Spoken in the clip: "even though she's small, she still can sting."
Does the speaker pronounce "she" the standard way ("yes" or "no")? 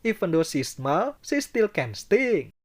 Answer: no